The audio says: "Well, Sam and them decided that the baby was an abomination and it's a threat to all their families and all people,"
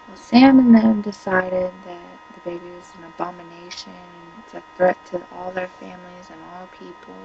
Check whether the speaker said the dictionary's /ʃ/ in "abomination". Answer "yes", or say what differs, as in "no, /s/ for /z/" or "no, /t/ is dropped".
no, /ʃ/ is dropped